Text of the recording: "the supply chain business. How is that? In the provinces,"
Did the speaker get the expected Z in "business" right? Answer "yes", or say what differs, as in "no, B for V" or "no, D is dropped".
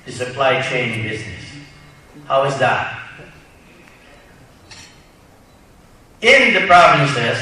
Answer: yes